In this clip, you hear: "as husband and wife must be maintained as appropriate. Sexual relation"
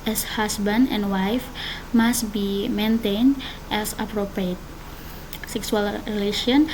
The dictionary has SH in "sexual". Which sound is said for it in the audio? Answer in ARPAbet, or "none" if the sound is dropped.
S